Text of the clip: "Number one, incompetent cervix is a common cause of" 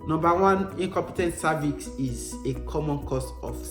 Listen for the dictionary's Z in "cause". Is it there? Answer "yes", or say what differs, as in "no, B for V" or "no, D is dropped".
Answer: no, S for Z